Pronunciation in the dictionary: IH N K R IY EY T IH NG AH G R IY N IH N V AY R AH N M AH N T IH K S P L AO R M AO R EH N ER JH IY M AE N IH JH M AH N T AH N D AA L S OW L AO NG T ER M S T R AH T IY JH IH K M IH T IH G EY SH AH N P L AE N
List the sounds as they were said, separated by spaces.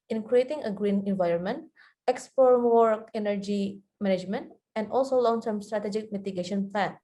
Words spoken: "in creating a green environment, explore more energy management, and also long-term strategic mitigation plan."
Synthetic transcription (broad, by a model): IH N K R IY EY T IH NG AH G R IY N IH N V AY R AH N M AH N T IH K S P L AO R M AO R EH N ER JH IY M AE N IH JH M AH N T AH N D AA L S OW L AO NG T ER M S T R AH T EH JH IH K M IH T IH G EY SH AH N P L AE N